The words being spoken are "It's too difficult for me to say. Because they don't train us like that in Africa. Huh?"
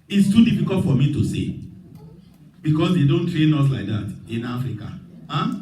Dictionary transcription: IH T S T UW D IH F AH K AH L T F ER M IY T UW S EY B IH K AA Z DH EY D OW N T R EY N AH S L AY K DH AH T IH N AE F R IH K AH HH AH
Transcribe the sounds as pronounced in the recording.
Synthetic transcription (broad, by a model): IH T S T UW D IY F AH K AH L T F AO M IY T UW S EY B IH K AA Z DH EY D OW N T R EY N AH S L AY K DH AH T IH N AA F R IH K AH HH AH